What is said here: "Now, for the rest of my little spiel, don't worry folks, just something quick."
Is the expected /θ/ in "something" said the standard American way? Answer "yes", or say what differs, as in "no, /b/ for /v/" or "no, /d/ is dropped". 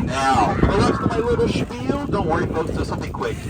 yes